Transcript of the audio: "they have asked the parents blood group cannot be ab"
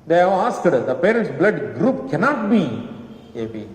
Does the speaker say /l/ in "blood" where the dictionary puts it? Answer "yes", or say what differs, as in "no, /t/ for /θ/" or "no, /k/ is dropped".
yes